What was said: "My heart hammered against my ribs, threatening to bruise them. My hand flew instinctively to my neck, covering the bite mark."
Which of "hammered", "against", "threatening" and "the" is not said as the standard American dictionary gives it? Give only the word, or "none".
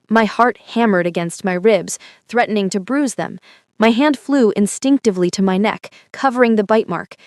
none